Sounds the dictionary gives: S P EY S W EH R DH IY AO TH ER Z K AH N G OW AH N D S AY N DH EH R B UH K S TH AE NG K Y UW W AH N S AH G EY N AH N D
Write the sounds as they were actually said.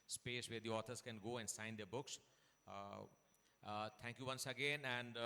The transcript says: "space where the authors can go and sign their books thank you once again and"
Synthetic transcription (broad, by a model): S P EY S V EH R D IY AO T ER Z K AH N G OW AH N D S AY N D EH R B UH K S T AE NG K Y UW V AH N S AH G EY N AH N D